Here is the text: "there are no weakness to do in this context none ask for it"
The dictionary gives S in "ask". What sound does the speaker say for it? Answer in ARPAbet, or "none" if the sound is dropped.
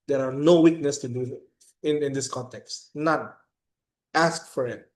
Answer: S